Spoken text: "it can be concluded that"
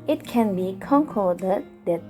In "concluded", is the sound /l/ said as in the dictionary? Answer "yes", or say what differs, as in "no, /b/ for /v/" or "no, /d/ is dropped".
no, /l/ is dropped